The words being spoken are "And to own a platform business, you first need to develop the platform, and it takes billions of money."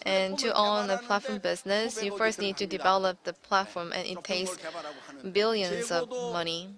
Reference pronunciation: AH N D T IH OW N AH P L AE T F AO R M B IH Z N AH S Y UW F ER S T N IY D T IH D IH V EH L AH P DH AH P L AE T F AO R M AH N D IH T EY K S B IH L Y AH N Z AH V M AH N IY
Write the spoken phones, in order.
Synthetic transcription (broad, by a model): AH N T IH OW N AH P L AE T F AO R M B IH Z N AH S Y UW F ER S T N IY D T IH D IH V EH L AH P DH AH P L AE T F AO R M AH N IH T EY S B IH L Y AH N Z AH V M AH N IY